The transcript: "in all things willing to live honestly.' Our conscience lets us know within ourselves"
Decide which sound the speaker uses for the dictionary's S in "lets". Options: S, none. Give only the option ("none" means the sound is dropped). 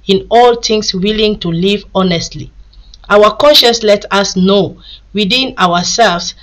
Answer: none